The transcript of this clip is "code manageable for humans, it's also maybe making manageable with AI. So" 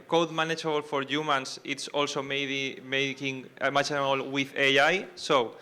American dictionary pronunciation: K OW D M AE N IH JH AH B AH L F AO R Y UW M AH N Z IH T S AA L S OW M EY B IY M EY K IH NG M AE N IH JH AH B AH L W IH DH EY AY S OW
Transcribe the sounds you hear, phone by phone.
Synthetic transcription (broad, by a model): K OW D M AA N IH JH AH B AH L F AO R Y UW M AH N S IH T S AA L S OW M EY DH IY M EY K IH NG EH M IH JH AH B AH L W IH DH EY AY S OW